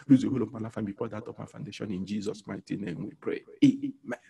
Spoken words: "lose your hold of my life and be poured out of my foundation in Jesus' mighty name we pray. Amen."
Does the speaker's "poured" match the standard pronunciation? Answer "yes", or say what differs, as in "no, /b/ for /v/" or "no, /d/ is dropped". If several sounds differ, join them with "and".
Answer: no, /f/ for /p/